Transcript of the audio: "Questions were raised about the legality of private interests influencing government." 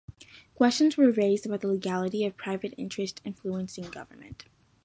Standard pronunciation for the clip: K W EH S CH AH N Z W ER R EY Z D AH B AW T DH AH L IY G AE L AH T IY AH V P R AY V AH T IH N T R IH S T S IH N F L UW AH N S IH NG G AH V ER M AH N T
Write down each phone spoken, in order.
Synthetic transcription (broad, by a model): K W EH S CH AH N Z W ER R EY Z D AH B AW T DH AH L IY G AE L AH T IY AH V P R AY V AH T IH N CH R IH S T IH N F L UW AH N S IH NG G AH V ER M AH N T